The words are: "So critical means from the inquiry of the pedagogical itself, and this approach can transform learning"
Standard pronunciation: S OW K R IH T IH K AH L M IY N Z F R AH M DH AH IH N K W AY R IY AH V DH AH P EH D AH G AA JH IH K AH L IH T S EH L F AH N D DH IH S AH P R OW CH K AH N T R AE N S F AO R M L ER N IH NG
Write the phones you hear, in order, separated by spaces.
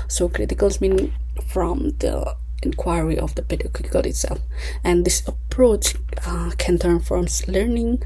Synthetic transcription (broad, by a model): S OW K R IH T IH K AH L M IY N F R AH M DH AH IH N K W AY R IY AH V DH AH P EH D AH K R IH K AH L IH T S EH L F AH N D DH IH S AH P R OW CH K AH N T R N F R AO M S L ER N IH NG